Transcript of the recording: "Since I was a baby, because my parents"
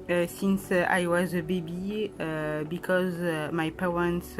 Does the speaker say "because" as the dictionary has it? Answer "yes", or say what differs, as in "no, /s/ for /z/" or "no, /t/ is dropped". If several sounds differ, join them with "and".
yes